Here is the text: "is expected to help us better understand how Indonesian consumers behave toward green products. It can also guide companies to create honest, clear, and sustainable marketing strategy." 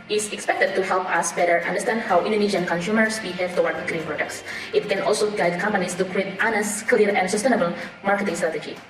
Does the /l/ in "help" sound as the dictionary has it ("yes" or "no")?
yes